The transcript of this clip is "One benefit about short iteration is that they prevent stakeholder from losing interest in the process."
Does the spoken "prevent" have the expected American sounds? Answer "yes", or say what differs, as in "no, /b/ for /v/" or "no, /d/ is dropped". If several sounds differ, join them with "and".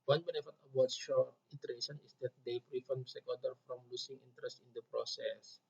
no, /f/ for /v/